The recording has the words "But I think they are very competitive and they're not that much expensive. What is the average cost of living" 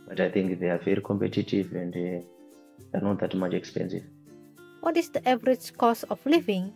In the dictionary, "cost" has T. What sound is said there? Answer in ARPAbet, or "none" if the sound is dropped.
none